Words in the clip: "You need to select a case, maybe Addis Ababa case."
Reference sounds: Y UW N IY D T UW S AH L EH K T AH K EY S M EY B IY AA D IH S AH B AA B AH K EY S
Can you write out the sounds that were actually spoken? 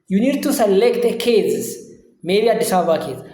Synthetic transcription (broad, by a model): Y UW N IY D T UW S AH L EH K T AH K EY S M EY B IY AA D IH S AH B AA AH K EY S